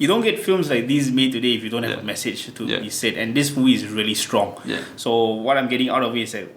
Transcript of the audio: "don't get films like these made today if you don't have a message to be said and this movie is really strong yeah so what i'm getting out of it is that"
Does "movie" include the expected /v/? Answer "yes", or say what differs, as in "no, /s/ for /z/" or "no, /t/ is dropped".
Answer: no, /v/ is dropped